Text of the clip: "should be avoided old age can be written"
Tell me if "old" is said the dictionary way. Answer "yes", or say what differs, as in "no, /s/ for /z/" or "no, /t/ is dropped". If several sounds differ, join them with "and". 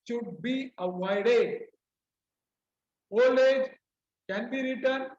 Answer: no, /d/ is dropped